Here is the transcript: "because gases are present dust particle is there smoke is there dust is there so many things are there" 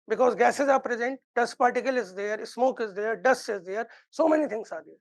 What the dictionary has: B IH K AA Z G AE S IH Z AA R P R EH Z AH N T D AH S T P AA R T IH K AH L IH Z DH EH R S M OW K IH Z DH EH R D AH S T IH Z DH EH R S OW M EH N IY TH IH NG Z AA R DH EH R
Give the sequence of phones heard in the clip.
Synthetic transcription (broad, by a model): B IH K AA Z G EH S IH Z AA R P R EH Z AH N T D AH S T P AA R T IH K AH L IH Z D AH R S M OW K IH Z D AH R D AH S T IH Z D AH R S OW M EH N IY T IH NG S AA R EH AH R